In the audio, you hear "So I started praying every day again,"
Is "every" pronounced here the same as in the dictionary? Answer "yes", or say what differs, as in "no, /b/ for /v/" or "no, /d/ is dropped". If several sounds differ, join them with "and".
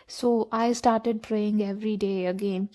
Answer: yes